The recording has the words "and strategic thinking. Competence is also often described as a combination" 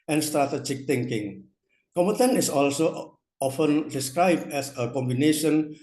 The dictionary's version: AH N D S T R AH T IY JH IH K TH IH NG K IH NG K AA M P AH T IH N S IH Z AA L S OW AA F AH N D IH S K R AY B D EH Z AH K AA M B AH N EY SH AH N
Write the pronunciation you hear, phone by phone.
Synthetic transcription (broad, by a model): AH N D S T R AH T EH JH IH K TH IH NG K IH NG K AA M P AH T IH N IH S AA L S OW AA F AH N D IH S K R AY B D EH S AH K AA M B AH N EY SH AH N